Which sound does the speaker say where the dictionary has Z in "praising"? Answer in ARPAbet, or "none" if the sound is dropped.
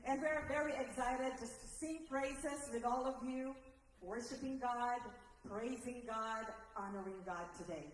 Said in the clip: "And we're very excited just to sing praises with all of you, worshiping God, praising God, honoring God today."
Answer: Z